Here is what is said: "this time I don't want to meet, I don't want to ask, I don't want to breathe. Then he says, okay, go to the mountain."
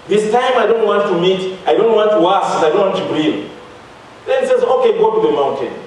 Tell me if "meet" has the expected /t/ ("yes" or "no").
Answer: yes